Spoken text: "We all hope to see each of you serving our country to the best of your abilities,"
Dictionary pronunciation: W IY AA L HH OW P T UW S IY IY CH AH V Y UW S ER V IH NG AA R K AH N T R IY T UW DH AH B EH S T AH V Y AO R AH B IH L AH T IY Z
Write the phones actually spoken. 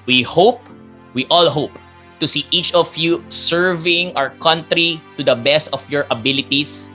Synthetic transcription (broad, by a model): W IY AA L HH OW P T UW S IY IY CH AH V Y UW S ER V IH NG AA R K AH N T R IY T UW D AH B EH S T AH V Y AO R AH B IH L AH T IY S